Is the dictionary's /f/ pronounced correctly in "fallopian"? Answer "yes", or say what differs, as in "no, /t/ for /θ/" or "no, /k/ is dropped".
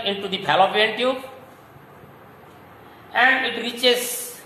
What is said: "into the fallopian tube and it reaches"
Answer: no, /p/ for /f/